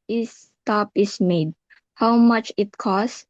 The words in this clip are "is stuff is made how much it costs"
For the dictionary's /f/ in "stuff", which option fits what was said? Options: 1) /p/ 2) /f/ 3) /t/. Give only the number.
1